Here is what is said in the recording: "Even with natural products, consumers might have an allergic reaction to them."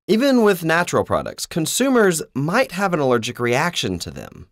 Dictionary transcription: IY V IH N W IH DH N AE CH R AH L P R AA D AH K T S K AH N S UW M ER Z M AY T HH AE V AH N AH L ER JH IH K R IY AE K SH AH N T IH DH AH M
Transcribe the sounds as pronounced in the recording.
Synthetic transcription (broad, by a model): IY V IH N W IH DH N AE CH R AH L P R AA D AH K T S K AH N S UW M ER Z M AY T HH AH V AH N AH L ER JH IH K R IY AE K SH AH N T IH DH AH M